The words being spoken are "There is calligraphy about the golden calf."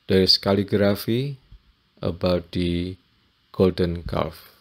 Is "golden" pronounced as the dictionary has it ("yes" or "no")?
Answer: yes